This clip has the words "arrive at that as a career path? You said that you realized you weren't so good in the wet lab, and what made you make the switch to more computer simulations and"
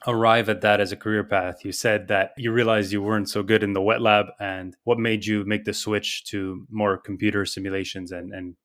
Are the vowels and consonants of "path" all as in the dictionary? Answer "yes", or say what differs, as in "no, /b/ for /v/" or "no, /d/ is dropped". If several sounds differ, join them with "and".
yes